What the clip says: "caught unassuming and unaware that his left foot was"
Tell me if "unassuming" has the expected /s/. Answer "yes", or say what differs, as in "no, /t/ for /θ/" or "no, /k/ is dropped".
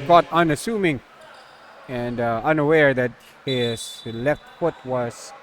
yes